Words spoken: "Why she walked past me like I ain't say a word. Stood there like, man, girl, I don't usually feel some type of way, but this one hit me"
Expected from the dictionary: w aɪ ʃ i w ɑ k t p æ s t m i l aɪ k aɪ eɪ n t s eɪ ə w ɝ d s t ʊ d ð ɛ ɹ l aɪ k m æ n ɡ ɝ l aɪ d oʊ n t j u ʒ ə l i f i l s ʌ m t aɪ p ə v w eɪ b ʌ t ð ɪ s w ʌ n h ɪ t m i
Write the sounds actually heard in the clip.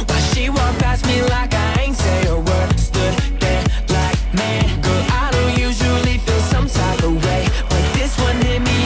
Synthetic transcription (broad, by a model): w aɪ ʃ i w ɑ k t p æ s m i l aɪ k aɪ eɪ n t s eɪ ə w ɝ s t ʊ d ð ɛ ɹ l aɪ k m æ n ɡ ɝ aɪ d oʊ n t j u ʒ ə l i f i l s ʌ m s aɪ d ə w eɪ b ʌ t ð ɪ s w ʌ n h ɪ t m i